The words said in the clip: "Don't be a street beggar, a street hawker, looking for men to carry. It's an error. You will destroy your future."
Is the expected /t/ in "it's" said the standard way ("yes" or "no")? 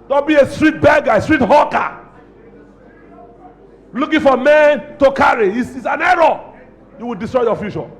no